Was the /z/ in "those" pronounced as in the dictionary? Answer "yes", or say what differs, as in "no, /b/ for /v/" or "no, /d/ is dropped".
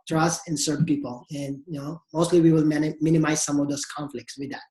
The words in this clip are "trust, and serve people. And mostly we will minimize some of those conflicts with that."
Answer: no, /s/ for /z/